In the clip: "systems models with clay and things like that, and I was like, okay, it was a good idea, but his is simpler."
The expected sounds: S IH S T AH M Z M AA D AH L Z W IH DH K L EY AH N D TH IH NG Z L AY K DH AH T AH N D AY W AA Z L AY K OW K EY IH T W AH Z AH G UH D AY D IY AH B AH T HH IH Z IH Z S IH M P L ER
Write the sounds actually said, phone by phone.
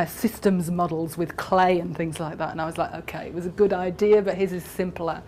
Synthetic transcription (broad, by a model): S IH S T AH M Z M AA D L Z W IH DH K L EY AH N TH IH NG Z L AY K DH AH T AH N AY W AA Z L AY K OW K EY IH T W AH Z AH G UH D AY D IY AH B AH T HH IH Z IH Z S IH M P L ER